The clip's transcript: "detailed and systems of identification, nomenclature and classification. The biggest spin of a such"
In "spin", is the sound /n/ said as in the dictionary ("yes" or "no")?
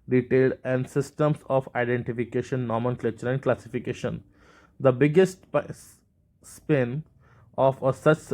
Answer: yes